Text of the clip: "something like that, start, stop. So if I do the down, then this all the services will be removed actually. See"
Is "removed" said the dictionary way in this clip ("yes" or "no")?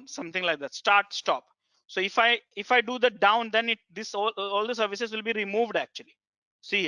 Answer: yes